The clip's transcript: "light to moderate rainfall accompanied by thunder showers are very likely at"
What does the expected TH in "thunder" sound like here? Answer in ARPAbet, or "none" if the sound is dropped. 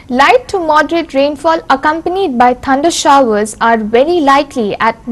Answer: T